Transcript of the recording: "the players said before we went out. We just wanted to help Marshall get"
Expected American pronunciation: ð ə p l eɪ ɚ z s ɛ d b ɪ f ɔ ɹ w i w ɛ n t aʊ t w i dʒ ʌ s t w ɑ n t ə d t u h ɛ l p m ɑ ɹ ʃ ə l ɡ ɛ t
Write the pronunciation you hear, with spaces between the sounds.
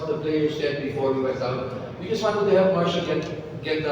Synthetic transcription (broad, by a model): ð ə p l eɪ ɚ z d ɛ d b ɪ f ɔ ɹ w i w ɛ t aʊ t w i dʒ ʌ s t w ɑ n t ə d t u h ɛ l p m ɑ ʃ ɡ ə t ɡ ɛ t